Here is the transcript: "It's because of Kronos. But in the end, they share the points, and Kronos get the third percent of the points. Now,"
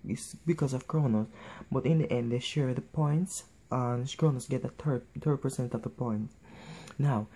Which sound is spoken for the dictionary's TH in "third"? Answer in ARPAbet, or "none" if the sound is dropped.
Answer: T